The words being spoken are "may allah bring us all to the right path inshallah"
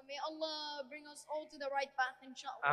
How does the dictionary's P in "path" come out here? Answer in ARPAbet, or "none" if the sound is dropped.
B